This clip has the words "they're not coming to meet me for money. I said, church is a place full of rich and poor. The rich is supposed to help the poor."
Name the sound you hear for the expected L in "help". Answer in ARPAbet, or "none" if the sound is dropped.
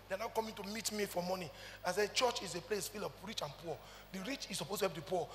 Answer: none